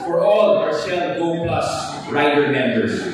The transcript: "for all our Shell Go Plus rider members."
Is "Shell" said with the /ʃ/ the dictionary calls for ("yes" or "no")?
no